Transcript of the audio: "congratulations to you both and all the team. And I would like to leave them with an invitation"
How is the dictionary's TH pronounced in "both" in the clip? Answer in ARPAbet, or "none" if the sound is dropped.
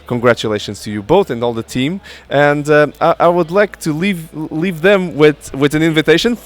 TH